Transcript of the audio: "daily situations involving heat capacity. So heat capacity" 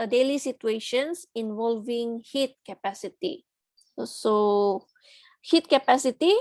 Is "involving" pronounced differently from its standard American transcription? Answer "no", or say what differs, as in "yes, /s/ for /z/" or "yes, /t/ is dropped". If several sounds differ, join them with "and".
no